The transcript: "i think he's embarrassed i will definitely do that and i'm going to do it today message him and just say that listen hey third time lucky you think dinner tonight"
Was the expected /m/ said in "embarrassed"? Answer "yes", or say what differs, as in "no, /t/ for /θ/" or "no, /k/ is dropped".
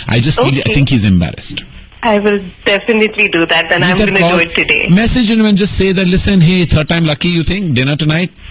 yes